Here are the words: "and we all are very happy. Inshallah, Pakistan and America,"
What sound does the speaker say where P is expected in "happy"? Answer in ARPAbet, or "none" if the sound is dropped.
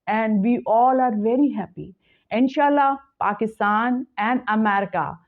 P